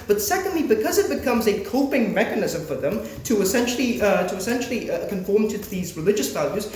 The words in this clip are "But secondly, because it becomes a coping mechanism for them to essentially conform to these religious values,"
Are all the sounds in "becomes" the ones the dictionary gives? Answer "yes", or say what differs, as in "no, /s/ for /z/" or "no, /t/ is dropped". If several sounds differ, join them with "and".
yes